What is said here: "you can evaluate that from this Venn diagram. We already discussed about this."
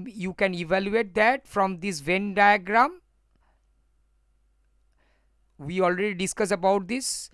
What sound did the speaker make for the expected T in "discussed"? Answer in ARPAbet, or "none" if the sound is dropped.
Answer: none